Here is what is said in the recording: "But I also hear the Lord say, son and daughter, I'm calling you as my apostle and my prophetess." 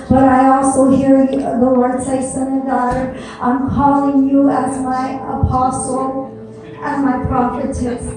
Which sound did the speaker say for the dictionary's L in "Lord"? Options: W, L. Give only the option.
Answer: W